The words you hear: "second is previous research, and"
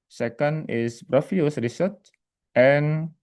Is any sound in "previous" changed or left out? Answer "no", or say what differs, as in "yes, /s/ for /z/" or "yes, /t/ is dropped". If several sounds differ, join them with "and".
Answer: yes, /f/ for /v/